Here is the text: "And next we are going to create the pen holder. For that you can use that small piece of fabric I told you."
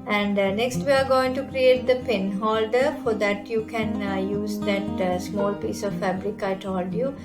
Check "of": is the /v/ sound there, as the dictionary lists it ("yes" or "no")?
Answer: yes